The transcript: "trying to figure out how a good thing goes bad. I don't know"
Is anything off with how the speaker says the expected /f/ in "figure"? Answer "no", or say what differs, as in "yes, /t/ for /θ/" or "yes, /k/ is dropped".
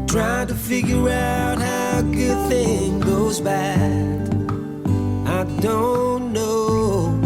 no